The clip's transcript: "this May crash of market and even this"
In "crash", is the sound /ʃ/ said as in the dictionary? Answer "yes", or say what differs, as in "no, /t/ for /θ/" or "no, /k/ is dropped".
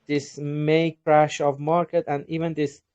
yes